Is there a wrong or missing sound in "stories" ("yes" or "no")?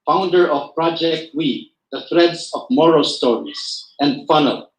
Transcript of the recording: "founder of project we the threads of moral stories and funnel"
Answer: yes